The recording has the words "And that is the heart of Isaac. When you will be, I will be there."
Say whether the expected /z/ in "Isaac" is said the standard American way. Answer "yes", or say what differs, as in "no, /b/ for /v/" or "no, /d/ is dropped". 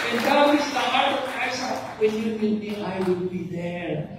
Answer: no, /s/ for /z/